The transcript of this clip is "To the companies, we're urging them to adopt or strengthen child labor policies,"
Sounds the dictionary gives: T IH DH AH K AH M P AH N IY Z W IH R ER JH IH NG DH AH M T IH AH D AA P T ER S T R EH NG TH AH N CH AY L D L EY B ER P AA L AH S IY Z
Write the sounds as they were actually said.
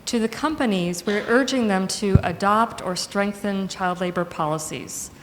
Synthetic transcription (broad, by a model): T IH DH AH K AH M P AH N IY Z W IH R ER JH IH NG DH AH M T IH AH D AA P T ER S T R EH NG TH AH N CH AY L D L EY B ER P AA L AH S IY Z